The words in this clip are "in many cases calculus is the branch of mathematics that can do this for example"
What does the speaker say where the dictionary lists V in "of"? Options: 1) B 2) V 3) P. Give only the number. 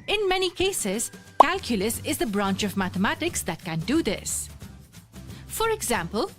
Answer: 2